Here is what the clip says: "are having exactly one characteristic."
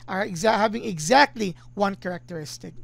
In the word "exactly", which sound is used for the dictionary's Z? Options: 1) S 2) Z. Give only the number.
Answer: 2